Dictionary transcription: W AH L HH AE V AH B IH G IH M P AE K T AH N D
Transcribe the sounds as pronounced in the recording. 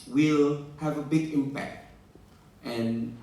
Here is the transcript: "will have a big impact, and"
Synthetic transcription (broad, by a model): W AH L HH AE V AH B IH G IH M P AE K T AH N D